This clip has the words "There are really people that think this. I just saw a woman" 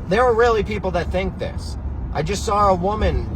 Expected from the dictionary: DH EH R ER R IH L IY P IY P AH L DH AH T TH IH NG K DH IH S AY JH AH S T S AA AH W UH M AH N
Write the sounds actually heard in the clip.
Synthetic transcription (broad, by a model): DH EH R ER R IH L IY P IY P L DH AH T TH IH NG K DH IH S AY JH AH S T S AA AH W UH M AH N